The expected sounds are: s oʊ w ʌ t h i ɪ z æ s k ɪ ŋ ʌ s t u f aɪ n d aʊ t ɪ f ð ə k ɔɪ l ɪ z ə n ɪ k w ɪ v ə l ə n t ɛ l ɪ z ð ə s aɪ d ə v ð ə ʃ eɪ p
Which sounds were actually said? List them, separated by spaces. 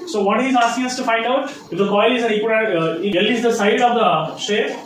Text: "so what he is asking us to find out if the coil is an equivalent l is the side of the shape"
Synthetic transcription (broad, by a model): s oʊ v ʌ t h i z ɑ s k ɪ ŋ ʌ s t u f aɪ n d aʊ t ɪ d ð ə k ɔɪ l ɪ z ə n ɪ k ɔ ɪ ə ə t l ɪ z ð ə s aɪ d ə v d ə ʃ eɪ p